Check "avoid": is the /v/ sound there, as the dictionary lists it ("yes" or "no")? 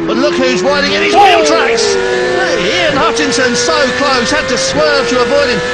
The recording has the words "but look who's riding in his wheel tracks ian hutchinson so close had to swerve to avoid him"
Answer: no